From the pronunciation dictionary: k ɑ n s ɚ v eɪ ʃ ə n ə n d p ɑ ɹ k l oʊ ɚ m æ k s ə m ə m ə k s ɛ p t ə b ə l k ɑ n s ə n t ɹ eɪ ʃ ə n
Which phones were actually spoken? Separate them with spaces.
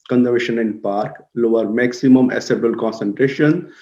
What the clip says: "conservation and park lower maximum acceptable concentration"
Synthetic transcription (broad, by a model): k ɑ n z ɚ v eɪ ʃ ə n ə n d p ɑ ɹ k l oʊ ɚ m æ k s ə m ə m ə s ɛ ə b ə l k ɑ n s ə n t ɹ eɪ ʃ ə n